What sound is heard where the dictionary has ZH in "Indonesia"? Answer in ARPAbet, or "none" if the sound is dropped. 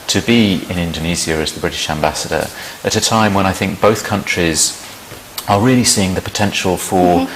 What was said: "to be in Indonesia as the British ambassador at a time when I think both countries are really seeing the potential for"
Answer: Z